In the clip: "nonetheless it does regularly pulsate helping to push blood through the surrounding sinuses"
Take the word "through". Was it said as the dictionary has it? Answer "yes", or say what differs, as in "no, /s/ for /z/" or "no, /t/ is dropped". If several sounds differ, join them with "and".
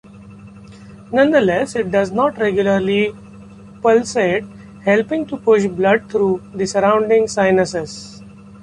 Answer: no, /t/ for /θ/